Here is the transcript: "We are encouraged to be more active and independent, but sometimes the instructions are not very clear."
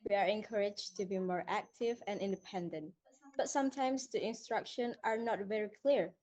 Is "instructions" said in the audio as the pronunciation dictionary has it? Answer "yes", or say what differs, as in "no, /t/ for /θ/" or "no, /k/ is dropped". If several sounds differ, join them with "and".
no, /z/ is dropped